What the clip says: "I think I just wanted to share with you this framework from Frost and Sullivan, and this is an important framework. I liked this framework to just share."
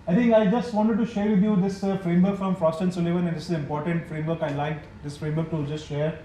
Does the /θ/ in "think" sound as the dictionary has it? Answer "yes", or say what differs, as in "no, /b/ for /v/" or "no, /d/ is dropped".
no, /t/ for /θ/